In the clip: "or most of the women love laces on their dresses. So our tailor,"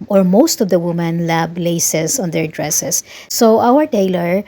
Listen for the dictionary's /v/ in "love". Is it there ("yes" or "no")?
no